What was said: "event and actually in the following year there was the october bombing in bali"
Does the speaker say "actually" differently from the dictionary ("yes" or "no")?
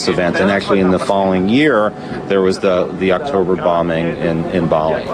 no